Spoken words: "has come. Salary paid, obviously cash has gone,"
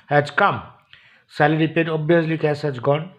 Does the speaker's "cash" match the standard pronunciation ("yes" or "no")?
no